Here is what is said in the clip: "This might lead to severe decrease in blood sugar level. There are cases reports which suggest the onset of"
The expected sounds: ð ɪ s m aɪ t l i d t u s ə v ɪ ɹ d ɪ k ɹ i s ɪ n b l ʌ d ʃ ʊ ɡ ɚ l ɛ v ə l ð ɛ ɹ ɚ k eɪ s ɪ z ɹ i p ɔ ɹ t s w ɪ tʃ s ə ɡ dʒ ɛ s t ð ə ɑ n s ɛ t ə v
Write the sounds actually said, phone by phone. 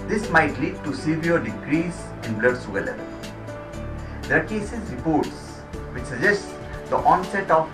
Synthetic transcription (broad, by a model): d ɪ s m aɪ t l i d t u s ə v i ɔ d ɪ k ɹ i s ɪ n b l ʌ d s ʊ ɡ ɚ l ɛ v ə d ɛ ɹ k eɪ s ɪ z ɹ i p ɔ ɹ t s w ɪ tʃ s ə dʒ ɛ s t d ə ɑ n s ɛ t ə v